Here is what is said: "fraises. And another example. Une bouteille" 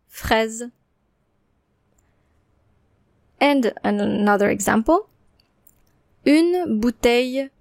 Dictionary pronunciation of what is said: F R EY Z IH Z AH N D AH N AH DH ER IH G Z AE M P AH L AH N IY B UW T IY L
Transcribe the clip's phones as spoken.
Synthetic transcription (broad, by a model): F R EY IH Z AH N D AH N AH DH ER IH G Z AE M P AH L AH N B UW T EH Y